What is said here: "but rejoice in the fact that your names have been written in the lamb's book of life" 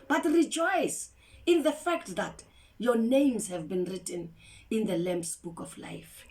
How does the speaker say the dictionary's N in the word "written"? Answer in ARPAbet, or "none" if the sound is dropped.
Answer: N